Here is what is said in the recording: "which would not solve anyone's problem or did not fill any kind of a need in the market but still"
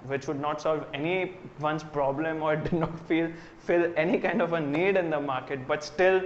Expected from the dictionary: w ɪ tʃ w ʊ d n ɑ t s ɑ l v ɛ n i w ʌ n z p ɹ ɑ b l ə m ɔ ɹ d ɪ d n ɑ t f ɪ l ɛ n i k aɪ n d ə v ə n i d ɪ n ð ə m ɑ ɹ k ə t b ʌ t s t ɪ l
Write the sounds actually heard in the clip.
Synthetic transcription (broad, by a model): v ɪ tʃ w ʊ d n ɑ t s ɑ l v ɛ n i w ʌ n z p ɹ ɑ b l ə m ɔ ɹ d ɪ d n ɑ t f ɪ l ɛ n i k aɪ n d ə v ə n i d ɪ n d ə m ɑ ɹ k ə t b ʌ t s t ɪ l